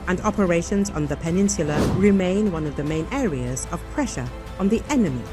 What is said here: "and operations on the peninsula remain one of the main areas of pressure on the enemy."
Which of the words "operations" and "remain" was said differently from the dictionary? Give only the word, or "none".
none